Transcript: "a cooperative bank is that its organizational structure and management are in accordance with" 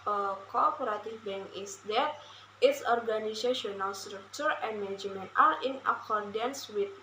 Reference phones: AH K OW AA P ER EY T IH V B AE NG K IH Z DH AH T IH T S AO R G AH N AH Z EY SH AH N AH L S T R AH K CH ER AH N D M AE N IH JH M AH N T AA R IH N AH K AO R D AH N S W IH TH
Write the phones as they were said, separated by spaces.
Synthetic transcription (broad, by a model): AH K OW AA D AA T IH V B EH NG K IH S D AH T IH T S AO R G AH N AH S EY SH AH N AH L S T R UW K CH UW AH N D M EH N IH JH M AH N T AA R IH N AH K AO R D AH N S W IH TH